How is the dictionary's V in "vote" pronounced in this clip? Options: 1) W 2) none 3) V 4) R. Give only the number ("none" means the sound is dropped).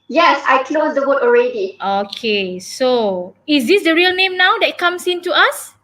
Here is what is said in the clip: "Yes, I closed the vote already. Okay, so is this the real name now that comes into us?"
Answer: 1